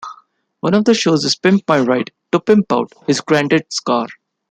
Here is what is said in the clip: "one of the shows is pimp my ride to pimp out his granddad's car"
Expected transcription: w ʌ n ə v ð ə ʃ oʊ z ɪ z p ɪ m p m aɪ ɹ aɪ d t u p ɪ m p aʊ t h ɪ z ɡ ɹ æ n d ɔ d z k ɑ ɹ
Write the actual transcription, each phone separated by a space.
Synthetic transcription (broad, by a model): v ʌ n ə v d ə ʃ oʊ z ɪ z p ɪ m p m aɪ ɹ aɪ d t u p ɪ m p aʊ t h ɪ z ɡ ɹ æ n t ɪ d s k ɑ ɹ